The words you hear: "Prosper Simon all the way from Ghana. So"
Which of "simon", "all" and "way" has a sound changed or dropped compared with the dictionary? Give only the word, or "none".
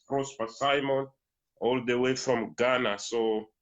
none